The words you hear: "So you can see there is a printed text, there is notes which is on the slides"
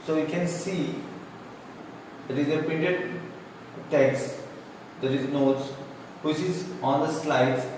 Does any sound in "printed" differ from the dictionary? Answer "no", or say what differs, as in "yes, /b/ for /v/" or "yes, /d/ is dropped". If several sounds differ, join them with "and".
yes, /ɹ/ is dropped